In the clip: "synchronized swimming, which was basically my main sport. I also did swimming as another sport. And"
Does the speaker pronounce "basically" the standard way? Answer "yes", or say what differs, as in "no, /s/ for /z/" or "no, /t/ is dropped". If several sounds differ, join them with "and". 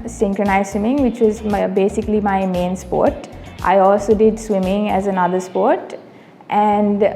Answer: yes